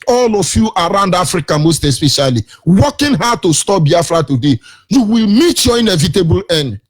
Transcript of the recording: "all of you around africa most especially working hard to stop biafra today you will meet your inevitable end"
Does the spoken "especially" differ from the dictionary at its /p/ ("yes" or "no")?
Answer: no